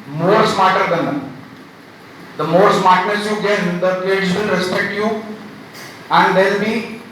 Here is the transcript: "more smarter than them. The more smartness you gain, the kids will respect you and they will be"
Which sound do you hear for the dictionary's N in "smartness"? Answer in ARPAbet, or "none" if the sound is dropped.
none